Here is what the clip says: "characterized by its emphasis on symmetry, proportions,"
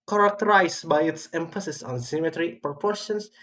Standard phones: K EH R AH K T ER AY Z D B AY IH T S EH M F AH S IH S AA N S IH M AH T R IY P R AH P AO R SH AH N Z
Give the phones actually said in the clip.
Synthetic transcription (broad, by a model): K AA R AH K T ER AY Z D B AY IH T S EH M F AH S IH S AA N S IH M AH T R IY P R P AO R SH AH N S